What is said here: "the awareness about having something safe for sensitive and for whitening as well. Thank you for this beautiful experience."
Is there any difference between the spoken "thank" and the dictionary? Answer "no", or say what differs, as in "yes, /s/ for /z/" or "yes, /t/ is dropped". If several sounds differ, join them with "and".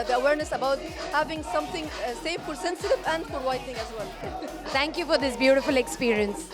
yes, /t/ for /θ/